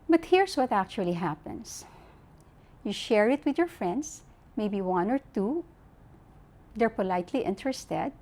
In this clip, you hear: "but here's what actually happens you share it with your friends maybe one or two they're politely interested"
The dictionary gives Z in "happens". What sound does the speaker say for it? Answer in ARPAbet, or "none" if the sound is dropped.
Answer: S